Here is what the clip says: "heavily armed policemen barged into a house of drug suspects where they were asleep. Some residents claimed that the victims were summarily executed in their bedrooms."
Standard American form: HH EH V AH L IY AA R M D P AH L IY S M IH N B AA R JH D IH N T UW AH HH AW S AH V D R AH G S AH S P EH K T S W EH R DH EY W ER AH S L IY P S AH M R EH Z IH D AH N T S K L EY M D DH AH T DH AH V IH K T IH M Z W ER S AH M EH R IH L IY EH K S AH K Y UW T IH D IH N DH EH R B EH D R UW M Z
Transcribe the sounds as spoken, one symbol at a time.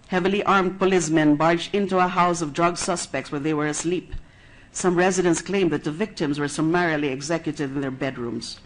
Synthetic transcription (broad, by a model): HH EH V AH L IY AA R M D P AH L IY S M IH N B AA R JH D IH N T UW AH HH AW S AH V D R AH G S AH S P EH K T S W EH R DH EY W ER AH S L IY P S AH M R EH Z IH D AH N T S K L EY M DH AH T DH AH V IH K T IH M Z W ER S AH M EH R IH L IY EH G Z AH K Y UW T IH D IH N DH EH R B EH D R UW M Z